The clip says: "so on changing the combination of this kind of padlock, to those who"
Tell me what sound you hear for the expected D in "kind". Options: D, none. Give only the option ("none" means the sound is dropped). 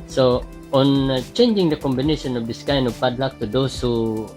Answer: none